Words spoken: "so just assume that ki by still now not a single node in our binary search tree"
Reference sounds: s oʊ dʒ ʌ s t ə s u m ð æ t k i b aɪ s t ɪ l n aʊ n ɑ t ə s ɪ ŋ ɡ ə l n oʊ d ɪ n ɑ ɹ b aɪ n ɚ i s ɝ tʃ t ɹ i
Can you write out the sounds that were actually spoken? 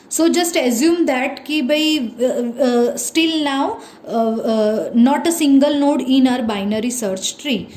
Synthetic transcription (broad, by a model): s oʊ dʒ ʌ s t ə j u m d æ t k i b aɪ s t ɪ l n aʊ n ɑ t ə s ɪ ŋ ɡ ə l n oʊ d ɪ n ɑ ɹ b aɪ n ɚ i s ɝ tʃ t ɹ i